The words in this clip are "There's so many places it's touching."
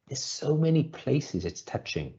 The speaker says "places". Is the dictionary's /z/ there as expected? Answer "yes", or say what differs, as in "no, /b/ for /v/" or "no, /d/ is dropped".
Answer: yes